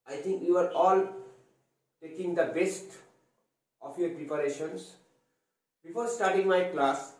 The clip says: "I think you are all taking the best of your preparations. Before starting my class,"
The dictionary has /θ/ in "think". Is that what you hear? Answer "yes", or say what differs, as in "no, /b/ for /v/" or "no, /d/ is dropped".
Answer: no, /t/ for /θ/